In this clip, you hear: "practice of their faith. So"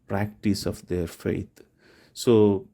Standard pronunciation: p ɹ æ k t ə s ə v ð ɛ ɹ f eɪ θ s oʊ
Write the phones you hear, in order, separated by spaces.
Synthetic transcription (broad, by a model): p ɹ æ k t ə s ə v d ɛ ɹ f eɪ t s oʊ